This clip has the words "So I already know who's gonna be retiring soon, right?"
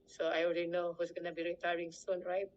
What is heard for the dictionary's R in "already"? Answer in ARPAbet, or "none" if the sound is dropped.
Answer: L